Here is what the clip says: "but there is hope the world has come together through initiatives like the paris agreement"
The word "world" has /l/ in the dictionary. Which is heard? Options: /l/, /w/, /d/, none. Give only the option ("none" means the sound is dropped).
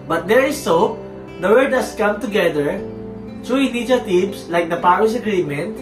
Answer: none